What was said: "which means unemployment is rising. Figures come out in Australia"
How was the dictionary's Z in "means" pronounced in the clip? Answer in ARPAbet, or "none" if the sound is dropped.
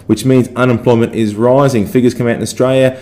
Z